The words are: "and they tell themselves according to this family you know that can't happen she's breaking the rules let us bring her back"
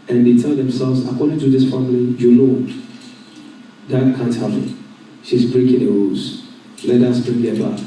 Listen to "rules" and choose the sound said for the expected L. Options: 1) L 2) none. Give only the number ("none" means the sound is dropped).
2